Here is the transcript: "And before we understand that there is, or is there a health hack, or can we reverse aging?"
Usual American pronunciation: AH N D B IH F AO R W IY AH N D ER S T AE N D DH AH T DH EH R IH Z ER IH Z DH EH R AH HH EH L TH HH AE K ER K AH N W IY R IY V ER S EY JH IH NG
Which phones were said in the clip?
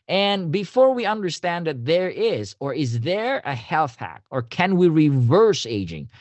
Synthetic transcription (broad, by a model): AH N B IH F AO R W IY AH N D ER S T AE N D DH AH T DH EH R IH Z ER IH Z DH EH R AH HH EH L TH HH AE K ER K AH N W IY R IY V ER S EY JH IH NG